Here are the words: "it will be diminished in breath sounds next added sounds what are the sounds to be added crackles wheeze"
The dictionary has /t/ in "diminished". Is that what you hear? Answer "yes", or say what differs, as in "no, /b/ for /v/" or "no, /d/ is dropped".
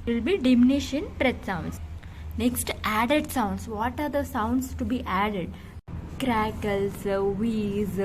no, /t/ is dropped